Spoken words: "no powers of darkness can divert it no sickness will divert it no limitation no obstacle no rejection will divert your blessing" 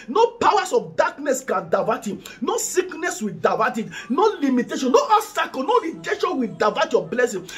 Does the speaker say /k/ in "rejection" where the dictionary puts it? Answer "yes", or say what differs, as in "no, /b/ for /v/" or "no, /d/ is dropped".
no, /k/ is dropped